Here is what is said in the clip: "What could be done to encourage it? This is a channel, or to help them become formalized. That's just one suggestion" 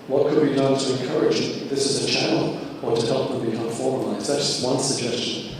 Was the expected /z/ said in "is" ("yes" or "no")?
yes